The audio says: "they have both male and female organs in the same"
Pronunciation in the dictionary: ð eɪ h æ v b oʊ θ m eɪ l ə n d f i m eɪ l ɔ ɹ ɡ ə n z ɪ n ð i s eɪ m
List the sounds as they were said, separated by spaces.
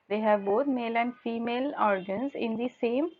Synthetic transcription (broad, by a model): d eɪ h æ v b oʊ t m eɪ l ə n d f i m eɪ l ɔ ɹ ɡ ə n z ɪ n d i s eɪ m